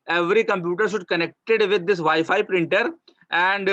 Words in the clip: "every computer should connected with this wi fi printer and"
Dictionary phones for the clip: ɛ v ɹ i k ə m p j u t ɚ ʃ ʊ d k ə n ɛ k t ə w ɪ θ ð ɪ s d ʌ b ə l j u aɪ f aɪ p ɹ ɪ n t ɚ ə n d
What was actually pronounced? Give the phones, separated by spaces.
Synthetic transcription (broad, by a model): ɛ v ɹ i k ə m p j u t ɚ ʃ ʊ d k ə n ɛ k t ə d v ɪ d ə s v aɪ f aɪ p ɹ ɪ n t ɚ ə n d